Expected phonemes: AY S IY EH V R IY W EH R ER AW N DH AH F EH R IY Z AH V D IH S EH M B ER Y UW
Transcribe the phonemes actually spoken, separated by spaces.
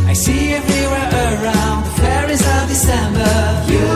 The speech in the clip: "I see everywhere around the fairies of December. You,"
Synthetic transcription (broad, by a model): AY S IY EH V R IY W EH R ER AW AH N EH R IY Z AH V D IH S EH M B ER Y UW